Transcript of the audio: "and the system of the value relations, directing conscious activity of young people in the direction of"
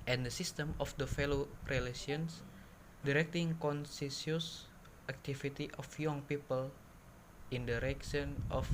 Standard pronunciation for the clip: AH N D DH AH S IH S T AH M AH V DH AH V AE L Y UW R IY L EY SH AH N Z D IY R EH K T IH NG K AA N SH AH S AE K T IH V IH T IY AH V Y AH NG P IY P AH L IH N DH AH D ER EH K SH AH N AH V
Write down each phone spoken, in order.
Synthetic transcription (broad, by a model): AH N D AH S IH S T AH M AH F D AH F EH L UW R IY L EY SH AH N S D IY R EH K T IH NG K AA N S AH S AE K T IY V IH T IY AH F Y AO NG P IY P AH L IH N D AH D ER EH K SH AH N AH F